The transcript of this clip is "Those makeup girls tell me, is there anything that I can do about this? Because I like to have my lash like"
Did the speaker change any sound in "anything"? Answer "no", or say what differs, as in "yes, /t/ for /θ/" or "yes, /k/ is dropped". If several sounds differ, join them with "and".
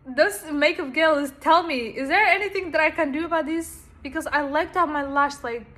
no